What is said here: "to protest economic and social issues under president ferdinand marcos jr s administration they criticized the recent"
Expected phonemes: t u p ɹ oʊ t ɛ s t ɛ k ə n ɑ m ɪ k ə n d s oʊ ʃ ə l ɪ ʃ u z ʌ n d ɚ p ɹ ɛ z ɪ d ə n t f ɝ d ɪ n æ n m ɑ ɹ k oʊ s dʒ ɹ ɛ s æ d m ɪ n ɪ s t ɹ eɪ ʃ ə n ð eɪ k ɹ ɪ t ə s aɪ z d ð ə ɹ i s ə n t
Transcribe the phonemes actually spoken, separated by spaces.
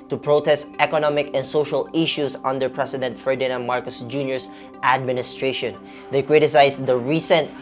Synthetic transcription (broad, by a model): t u p ɹ oʊ t ɛ s t ɛ k ə n ɑ m ɪ k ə n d s oʊ ʃ ə l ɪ ʃ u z ʌ n d ɚ p ɹ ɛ s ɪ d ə n t f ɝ d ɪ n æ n m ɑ ɹ k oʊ s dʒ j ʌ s æ d m ɪ n ɪ s t ɹ eɪ ʃ ə n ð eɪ k ɹ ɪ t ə s aɪ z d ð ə ɹ i s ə n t